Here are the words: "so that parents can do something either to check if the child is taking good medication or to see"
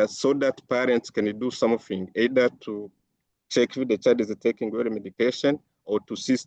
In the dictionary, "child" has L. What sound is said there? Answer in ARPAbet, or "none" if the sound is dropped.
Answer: none